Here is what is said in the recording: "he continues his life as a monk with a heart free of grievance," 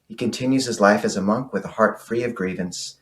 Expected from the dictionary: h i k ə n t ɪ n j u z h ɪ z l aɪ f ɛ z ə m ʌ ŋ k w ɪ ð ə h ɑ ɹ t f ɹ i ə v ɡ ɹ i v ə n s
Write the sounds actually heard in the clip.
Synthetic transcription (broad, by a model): h i k ə n t ɪ n j u z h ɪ z l aɪ f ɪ z ə m ʌ ŋ k w ɪ ð ə h ɑ ɹ t f ɹ i ə v ɡ ɹ i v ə n s